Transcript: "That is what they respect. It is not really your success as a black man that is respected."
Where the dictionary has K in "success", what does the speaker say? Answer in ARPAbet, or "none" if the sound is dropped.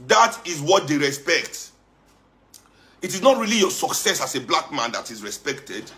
K